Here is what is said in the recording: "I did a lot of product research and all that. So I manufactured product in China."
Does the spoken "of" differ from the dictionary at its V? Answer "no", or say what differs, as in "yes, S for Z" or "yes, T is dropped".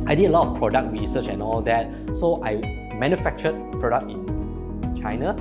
yes, F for V